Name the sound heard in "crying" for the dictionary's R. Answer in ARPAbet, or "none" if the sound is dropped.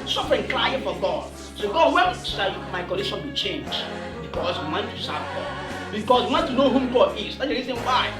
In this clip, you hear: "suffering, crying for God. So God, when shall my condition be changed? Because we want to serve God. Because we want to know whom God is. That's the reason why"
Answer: L